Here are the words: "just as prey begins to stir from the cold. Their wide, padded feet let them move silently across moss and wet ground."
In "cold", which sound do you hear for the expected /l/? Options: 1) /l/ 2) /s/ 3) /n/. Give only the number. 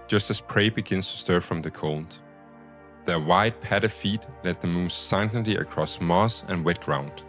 3